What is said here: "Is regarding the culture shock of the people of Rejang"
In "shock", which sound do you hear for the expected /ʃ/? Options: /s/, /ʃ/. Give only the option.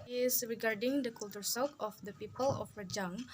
/s/